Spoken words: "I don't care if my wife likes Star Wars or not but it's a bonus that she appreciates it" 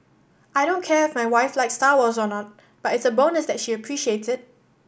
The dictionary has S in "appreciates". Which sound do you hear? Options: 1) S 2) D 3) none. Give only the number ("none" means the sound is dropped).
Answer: 3